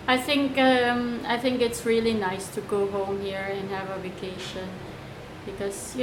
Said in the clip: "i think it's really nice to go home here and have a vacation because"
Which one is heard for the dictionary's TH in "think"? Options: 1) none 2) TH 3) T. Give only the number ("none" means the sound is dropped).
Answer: 2